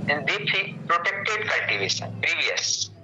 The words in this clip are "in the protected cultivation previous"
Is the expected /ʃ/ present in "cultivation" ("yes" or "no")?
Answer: no